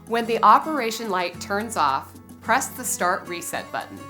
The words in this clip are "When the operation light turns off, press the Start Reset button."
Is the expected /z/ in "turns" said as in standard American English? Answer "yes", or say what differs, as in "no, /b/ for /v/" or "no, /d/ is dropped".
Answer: yes